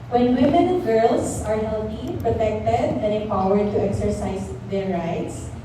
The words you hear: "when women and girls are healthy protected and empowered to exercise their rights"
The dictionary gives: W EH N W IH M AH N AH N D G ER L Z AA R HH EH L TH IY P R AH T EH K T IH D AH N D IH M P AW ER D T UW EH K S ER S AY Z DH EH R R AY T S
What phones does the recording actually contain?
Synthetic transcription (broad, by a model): W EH N W IH M AH N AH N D G ER L S AA R HH EH L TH IY P R AH T EH K T IH D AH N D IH P AW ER D T UW EH K S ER S AY S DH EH R R AY T S